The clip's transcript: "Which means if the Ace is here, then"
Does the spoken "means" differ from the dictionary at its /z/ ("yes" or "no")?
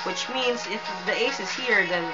no